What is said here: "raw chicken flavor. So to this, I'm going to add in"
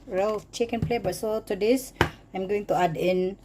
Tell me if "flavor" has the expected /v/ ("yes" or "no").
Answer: no